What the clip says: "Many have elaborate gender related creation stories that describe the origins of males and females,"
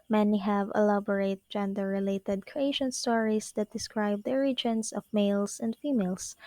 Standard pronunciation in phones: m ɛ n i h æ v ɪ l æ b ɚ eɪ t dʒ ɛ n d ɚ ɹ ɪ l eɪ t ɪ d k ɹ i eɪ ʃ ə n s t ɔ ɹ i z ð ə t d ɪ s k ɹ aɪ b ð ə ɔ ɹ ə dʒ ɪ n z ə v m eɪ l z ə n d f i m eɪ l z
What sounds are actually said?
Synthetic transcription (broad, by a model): m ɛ n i h æ v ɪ l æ b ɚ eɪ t dʒ ɛ n d ɚ ɹ ɪ l eɪ t ɪ d k ɹ i eɪ ʃ ə n s t ɔ ɹ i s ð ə t d ɪ s k ɹ aɪ b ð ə ɹ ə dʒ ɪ n s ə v m eɪ l s ə n d f i m eɪ l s